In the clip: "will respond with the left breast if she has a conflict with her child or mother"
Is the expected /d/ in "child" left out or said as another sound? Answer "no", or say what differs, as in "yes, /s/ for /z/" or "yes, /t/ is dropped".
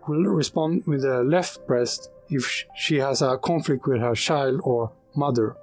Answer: no